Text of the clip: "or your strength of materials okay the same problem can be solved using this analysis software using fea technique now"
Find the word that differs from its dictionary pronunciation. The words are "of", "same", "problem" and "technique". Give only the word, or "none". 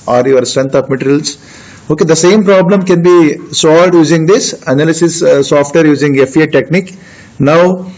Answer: of